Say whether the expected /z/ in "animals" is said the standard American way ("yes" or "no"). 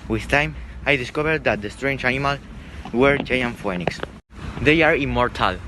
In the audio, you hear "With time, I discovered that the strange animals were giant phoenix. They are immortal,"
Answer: no